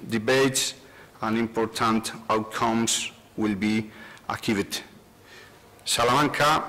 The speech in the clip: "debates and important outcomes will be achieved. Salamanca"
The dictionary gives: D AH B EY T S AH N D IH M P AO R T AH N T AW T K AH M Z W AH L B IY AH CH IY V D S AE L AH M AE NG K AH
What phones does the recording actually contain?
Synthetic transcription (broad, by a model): D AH B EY T S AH N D IH M P AO R T AH N T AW T K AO M S W AH L B IY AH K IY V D S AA L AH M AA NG K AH